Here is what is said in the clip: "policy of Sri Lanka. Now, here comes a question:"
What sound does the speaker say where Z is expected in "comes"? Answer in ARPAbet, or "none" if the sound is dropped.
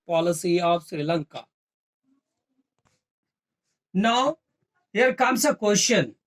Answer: S